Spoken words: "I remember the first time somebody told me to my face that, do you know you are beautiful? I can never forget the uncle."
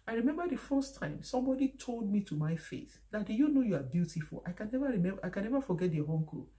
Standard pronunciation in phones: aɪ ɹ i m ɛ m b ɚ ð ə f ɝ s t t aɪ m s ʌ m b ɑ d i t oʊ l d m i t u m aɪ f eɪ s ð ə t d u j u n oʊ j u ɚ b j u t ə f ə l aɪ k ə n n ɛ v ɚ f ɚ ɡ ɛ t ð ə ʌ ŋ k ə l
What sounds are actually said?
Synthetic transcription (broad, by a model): aɪ ɹ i m ɛ m b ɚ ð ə f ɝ s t t aɪ m s ʌ m b ɑ d i t oʊ l d m i t u m aɪ f eɪ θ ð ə t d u j u n oʊ j u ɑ b j u t ə f ə l aɪ k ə n n ɛ v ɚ f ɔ ɡ ɛ t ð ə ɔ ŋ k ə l